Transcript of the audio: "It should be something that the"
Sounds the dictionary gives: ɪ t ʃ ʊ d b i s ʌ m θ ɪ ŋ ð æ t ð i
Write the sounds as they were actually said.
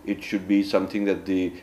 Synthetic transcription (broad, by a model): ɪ t ʃ ʊ d b i s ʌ m t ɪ ŋ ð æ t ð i